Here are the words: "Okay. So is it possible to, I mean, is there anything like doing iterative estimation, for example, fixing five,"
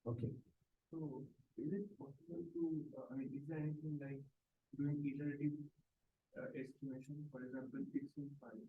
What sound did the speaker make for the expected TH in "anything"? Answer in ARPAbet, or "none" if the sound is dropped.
T